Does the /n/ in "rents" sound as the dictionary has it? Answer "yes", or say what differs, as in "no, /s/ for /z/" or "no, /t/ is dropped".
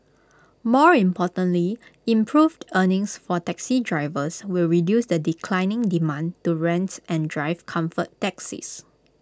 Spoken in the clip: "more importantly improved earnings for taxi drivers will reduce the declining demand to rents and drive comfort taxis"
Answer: yes